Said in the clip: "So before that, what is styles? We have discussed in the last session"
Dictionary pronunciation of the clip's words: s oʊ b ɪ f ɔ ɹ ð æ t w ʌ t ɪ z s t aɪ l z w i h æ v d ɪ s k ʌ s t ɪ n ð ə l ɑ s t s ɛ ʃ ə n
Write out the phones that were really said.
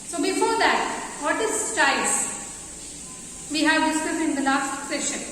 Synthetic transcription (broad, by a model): s oʊ b ɪ f ɔ ɹ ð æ t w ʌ t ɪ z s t aɪ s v i h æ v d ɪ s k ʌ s ɪ n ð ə l ɑ s t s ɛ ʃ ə n